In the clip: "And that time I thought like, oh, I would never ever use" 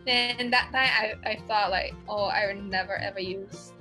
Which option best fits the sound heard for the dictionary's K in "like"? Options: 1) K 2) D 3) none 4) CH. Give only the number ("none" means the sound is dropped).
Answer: 1